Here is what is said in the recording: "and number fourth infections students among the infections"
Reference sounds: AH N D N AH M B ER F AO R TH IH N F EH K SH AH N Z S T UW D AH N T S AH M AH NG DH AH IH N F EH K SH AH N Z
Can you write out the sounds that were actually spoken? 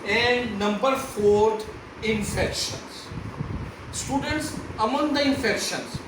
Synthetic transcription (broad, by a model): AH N D N AH M B ER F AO R T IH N F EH K SH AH N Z S T UW D AH N T S AH M AH NG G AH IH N F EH K SH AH N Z